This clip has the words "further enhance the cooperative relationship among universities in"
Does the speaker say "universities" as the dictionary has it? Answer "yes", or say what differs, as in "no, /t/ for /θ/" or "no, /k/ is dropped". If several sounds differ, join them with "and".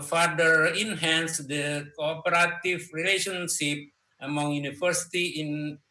no, /z/ is dropped